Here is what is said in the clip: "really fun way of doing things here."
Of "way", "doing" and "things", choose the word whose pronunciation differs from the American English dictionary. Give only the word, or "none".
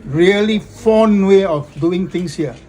things